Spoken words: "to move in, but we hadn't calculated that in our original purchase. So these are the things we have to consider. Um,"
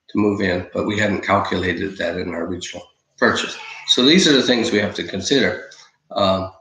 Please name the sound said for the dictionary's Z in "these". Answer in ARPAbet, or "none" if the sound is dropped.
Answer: Z